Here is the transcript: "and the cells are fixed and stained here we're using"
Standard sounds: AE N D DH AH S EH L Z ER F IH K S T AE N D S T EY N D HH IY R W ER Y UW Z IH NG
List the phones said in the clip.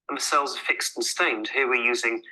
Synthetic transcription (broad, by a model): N DH AH S EH L Z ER F IH K S T N S T EY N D HH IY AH W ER Y UW Z IH NG